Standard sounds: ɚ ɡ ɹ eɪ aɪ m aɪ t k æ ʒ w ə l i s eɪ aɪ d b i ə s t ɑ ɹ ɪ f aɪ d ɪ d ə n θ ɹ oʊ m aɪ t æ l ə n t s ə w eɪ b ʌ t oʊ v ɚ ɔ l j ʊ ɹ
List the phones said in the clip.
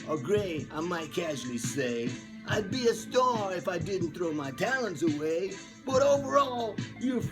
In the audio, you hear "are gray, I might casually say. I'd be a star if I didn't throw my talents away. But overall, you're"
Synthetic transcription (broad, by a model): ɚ ɡ ɹ eɪ aɪ m aɪ t k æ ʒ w l i s eɪ aɪ d b i ə s t ɑ ɹ ɪ f aɪ d ɪ d n θ ɹ oʊ m aɪ t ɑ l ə n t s ə w eɪ b ʌ t oʊ v ɚ ɔ l j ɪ